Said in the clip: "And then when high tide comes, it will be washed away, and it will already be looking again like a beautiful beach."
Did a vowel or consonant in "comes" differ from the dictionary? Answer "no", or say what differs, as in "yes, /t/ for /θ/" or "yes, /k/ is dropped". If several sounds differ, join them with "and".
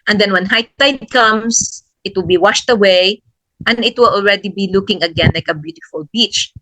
yes, /s/ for /z/